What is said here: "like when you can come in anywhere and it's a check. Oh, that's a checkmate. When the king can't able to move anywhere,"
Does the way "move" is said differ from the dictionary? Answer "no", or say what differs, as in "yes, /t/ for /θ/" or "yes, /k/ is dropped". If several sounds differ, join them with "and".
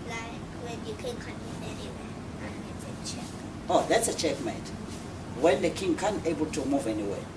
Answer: no